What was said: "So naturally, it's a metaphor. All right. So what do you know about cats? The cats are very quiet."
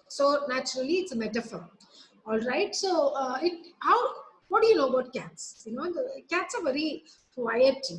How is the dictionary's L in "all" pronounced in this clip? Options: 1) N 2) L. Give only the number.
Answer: 2